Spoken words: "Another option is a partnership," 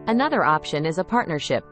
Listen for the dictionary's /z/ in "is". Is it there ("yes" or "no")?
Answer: yes